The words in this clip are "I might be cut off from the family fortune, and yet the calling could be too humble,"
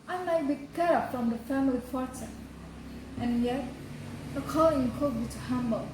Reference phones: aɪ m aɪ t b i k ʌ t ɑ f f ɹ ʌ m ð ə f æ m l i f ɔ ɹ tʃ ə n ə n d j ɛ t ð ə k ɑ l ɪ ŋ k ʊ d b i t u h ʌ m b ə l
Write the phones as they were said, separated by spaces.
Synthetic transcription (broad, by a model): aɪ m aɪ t b i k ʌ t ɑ p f ɹ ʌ m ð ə f æ m l i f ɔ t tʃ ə ə n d j ɛ t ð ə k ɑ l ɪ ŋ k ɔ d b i t u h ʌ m b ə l